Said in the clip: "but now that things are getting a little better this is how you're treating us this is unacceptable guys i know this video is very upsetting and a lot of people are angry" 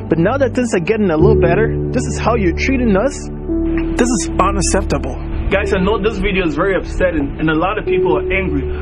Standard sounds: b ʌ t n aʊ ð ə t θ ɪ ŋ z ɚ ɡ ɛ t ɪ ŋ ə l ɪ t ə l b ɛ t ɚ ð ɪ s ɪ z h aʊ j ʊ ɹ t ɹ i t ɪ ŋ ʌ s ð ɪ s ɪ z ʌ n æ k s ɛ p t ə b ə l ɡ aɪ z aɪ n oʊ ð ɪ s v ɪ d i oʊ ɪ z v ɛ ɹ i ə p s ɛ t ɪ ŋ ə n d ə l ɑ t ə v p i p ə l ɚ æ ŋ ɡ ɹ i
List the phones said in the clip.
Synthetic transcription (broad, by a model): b ʌ t n aʊ ð ə t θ ɪ ŋ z ɚ ɡ ɛ t ɪ ŋ ə l ɪ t l b ɛ t ɚ ð ɪ s ɪ z h aʊ j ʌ ɹ t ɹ i t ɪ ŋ ʌ s ð ɪ s ɪ z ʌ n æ s ɛ p t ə b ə l ɡ aɪ z aɪ n oʊ ð ɪ s v ɪ d i oʊ ɪ z v ɛ ɹ i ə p s ɛ t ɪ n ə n ə l ɑ t ə v p i p l ɚ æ ŋ ɡ ɹ i